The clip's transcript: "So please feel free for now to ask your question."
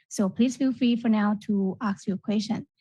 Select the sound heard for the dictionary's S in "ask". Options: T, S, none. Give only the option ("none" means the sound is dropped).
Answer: none